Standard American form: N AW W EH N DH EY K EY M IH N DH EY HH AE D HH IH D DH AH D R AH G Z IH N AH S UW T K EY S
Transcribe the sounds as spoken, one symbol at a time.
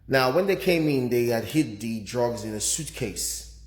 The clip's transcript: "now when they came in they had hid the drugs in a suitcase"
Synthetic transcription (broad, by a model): N AW W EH N DH EY K EY M IH N DH EY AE D HH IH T DH AH D R AH G Z IH N AH S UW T K EY S